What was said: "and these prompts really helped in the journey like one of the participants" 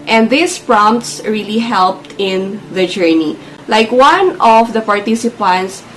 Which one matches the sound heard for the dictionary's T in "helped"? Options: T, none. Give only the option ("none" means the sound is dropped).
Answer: T